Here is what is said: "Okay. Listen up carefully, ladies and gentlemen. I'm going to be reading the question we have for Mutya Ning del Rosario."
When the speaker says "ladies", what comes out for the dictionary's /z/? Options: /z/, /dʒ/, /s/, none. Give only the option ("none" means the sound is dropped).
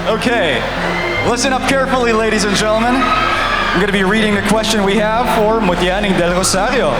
/z/